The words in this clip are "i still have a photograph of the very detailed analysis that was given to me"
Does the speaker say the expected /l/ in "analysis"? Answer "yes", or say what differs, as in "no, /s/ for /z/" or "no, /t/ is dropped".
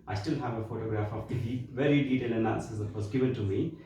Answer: no, /l/ is dropped